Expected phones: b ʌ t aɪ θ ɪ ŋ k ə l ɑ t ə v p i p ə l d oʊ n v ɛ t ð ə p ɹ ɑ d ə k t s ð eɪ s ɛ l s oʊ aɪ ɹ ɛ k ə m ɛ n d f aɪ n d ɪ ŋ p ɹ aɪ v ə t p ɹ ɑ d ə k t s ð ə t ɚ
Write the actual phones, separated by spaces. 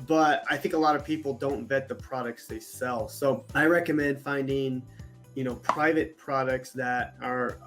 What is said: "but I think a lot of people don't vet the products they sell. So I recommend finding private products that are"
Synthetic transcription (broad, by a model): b ʌ t aɪ θ ɪ ŋ k ə l ɑ t ə v p i p l d oʊ n v ɛ t ð ə p ɹ ɑ d ə k t s ð eɪ s ɛ l s oʊ aɪ ɹ ɛ k ə m ɛ n d f aɪ n d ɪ ŋ p ɹ aɪ v ə t p ɹ ɑ d ə k t s ð ə t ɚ